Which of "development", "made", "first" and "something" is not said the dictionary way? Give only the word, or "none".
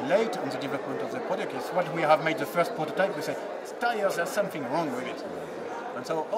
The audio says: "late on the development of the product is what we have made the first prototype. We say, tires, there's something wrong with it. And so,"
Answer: none